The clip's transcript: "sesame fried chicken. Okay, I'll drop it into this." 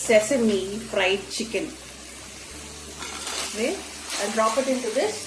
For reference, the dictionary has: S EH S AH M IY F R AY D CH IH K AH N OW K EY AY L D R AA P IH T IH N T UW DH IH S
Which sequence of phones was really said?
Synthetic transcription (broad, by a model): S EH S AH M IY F R AY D CH IH K AH N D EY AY N D R AA P IH T IH N T UW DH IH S